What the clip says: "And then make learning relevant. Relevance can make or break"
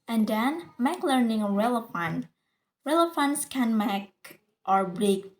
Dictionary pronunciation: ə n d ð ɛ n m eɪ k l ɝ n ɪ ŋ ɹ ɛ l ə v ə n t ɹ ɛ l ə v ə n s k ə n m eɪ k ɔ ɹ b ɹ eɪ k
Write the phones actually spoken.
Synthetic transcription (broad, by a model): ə n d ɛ n m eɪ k l ɝ n ɪ ŋ ɹ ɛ l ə f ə n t ɹ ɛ l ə f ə n s k ə n m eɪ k ɔ ɹ b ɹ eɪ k